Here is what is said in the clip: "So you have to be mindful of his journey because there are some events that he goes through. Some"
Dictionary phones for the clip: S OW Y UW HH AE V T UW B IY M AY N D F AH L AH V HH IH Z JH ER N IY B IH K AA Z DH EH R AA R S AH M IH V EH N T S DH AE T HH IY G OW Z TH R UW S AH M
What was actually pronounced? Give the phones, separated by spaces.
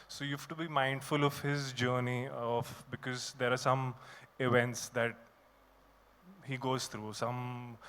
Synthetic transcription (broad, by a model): S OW Y UW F T UW B IY M AY N D F AH L AH V HH IH Z JH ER N IY B IH K AA Z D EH R AA R S AH M IH V EH N T S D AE T HH IY G OW Z T R UW S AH M